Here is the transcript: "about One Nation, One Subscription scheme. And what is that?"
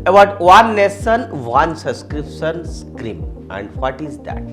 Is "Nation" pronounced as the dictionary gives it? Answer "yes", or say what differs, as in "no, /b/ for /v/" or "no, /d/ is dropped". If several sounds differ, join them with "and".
no, /s/ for /ʃ/